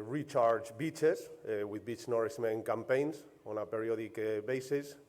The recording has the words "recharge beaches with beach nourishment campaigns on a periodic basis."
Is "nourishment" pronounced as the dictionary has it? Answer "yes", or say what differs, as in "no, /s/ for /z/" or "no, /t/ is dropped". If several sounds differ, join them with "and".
no, /s/ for /ʃ/